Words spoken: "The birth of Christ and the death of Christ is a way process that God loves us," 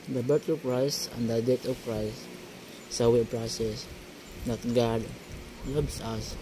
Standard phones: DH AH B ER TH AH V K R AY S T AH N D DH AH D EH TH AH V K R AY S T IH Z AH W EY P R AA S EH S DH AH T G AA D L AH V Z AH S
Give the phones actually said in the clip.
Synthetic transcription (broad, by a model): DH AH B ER T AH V K R AY S T AH N D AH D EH T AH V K R AY S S AH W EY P R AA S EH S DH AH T G AA D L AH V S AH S